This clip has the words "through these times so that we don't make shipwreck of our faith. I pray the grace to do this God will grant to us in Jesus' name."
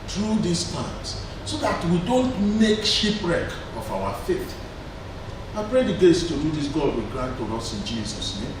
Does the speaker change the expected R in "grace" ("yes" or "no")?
yes